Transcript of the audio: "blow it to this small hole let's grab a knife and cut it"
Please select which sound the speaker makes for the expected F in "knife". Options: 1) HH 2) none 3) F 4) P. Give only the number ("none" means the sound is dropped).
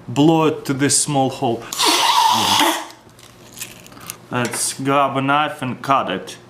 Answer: 3